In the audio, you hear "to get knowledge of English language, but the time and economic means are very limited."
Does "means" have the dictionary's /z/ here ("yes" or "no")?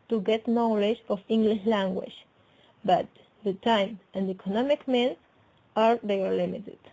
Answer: no